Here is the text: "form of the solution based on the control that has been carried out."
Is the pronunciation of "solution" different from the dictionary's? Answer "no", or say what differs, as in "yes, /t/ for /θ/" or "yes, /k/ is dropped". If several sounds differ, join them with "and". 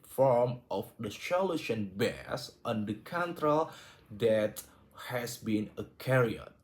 yes, /ʃ/ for /s/